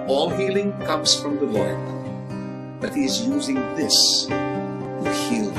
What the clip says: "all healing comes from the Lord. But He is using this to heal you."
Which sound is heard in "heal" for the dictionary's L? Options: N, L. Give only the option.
L